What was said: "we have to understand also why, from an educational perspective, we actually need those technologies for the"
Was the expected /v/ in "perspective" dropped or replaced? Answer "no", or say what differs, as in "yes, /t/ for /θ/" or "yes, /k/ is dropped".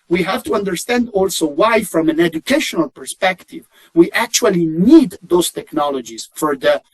no